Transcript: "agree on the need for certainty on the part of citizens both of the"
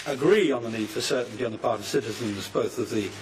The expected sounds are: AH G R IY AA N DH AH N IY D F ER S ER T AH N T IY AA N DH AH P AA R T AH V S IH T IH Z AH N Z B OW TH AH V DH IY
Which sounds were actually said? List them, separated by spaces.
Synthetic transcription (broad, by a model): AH G R IY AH N DH AH N IY D F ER S ER T N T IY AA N DH AH P AA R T AH V S IH T IH Z AH N Z B OW TH AH V DH IY